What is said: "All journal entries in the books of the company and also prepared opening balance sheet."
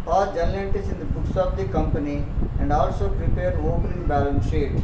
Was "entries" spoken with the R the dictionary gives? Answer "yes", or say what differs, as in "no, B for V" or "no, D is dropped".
no, R is dropped